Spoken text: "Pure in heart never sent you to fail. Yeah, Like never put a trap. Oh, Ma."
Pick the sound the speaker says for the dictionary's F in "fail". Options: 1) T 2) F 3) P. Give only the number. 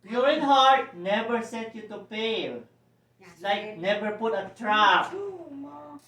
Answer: 3